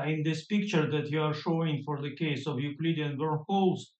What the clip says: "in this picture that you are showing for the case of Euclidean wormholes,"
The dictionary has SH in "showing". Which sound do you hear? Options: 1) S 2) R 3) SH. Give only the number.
3